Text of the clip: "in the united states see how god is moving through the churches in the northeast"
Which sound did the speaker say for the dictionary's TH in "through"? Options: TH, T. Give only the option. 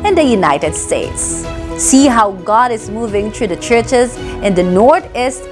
T